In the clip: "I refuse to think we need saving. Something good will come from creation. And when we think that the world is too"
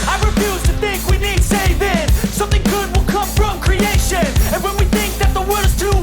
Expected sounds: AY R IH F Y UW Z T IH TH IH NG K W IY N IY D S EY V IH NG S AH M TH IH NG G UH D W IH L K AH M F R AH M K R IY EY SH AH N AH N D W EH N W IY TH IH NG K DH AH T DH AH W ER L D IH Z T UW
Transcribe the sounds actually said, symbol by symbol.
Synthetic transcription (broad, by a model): AY R IH F Y UW Z T IH TH IH NG K W IY N IY D S EY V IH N S AH M TH IH NG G UH D W IH L K AH M F R AH M K R IY EY SH AH N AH N W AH N W IY TH IH NG K DH AH T DH AH W ER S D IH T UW